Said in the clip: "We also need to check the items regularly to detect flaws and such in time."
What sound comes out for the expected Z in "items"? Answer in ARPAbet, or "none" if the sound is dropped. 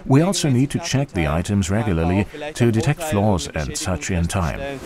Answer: Z